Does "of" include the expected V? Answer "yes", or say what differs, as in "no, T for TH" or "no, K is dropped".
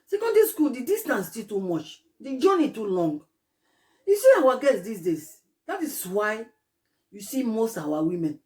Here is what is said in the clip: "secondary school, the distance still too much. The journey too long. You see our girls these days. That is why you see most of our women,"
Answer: no, W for V